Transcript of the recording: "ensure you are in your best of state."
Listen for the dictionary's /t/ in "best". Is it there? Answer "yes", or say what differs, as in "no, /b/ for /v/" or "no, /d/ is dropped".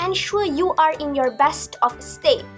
yes